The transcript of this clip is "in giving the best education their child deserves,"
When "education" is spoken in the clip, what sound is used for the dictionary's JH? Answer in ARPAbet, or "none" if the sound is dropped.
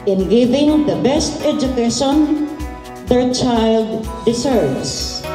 JH